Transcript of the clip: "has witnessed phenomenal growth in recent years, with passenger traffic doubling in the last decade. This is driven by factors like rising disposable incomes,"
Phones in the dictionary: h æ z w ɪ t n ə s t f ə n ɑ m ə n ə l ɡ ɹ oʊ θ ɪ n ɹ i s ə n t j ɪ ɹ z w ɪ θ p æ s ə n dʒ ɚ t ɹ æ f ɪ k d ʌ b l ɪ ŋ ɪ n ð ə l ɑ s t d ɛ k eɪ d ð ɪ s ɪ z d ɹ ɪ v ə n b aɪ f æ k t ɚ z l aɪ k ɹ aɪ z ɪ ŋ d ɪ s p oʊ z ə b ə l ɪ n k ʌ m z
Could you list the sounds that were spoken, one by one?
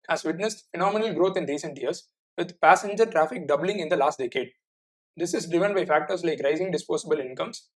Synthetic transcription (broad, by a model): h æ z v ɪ t n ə s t f ə n ɑ m ə n ə l ɡ ɹ oʊ t ɪ n ɹ i s ə n t j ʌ ɹ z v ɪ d p æ s ə n dʒ ɚ t ɹ æ f ɪ k d ʌ b l ɪ ŋ ɪ n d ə l ɑ s t d ɛ k eɪ d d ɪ s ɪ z d ɹ ɪ v ə n b aɪ f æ k t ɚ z l aɪ k ɹ aɪ z ɪ ŋ d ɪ s p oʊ s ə b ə l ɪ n k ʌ m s